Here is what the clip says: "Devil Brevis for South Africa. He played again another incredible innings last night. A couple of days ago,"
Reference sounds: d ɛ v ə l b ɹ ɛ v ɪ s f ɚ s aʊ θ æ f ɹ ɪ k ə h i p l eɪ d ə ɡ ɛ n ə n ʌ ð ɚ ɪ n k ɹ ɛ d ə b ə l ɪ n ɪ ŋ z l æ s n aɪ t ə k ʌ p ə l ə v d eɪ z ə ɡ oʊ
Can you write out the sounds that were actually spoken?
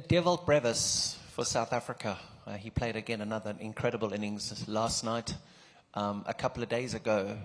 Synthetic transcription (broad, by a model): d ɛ v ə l b ɹ ɛ v ɪ s f ɚ s aʊ θ æ f ɹ ɪ k ə i p l eɪ d ə ɡ ɛ n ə n ʌ ð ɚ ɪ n k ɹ ɛ d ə b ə l ɪ n ɪ ŋ z l æ s n aɪ t ə k ʌ p l ə v d eɪ z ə ɡ oʊ